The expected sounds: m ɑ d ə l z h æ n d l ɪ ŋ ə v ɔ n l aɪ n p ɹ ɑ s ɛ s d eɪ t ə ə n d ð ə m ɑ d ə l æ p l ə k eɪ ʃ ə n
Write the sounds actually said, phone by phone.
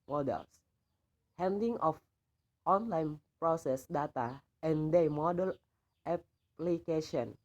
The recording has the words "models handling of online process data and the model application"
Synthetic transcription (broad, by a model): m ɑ d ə l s h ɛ n d ɪ ŋ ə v ɔ n l aɪ n p ɹ ɑ s ɛ s d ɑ t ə ə n d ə m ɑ d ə l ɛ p l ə k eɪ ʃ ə n